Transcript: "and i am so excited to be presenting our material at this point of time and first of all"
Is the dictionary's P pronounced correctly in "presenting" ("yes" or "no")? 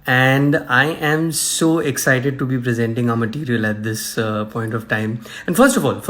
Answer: yes